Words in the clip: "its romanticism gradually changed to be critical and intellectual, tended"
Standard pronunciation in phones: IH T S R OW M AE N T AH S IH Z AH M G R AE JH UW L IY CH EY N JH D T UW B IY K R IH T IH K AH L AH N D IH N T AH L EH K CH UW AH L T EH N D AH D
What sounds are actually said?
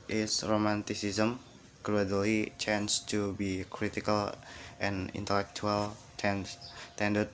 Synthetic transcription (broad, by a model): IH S R OW M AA N T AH S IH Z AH M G R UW UW L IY CH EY N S T UW B IY K R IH T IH K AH L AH N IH N T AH L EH K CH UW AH L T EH N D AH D